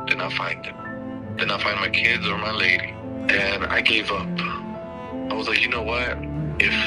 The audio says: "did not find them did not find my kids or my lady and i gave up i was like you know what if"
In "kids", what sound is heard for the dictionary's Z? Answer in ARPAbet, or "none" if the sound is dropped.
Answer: Z